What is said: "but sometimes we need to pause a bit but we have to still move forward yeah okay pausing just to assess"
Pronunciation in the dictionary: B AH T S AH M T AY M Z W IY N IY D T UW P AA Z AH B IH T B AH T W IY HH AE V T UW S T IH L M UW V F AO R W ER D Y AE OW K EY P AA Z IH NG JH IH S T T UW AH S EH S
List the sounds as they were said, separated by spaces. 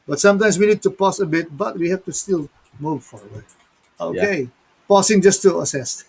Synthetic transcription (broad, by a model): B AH T S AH M T AY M S W IY N IY D T UW P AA S AH B IH T B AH T W IY HH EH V T UW S T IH L M UW V F AO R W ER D OW K EY P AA S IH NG JH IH S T T UW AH S EH S